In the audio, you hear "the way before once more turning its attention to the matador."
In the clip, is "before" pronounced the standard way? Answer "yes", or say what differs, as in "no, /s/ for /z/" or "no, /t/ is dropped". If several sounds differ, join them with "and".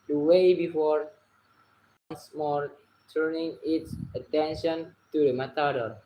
yes